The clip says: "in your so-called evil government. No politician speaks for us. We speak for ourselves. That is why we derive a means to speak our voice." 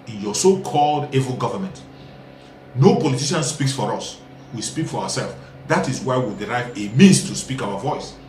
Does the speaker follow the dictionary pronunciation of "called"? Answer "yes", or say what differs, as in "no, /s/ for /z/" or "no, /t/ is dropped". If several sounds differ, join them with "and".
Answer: yes